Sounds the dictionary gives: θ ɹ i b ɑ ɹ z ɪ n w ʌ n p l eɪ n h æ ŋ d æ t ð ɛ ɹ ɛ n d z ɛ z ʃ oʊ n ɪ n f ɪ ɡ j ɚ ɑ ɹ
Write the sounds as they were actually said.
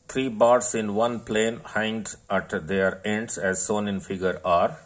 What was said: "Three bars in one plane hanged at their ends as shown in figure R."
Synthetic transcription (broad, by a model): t ɹ i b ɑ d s ɪ n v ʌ n p l eɪ n h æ ŋ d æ t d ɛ ɹ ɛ n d s ɛ z s oʊ n ɪ n f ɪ ɡ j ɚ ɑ ɹ